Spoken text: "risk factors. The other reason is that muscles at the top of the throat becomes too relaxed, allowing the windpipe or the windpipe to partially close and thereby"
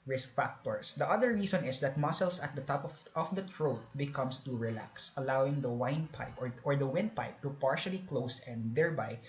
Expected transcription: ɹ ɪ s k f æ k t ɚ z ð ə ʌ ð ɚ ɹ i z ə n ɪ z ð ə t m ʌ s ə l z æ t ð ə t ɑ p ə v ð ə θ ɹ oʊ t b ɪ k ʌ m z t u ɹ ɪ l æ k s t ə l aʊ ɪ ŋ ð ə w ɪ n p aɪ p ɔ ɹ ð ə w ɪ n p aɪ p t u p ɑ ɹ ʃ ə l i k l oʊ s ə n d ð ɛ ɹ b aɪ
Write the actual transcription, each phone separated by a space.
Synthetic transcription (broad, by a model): ɹ ɪ s k f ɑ k t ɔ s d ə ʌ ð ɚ ɹ i s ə n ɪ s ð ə t m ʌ s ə l s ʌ t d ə t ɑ p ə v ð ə t ɹ oʊ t b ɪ k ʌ m s t u ɹ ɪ l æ k s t ə l aʊ ɪ ŋ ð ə w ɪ n p aɪ p ɔ ɹ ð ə w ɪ n p aɪ p t u p ɑ ɹ ʃ ə l i k l oʊ s ə n d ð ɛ ɹ b aɪ